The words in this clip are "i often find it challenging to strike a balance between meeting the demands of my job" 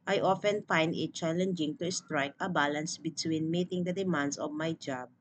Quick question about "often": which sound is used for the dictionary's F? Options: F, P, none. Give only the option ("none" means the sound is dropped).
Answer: F